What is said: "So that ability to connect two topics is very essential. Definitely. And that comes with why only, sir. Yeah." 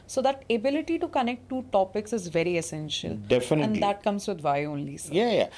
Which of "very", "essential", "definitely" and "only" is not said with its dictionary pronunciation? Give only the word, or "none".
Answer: definitely